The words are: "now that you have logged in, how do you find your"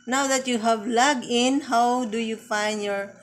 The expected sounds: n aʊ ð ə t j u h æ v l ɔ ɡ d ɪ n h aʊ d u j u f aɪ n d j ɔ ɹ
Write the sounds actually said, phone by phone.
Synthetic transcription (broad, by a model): n aʊ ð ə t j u h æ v l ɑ ɡ ɪ n h aʊ d u j u f aɪ n d j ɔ ɹ